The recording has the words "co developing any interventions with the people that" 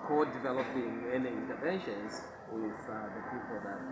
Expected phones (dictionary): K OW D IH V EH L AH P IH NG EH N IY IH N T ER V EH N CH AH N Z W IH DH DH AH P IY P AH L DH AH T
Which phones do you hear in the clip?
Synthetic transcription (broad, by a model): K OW D IH V EH L AH P IH NG EH N IY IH N T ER V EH N SH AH N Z W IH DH DH AH P IY P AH L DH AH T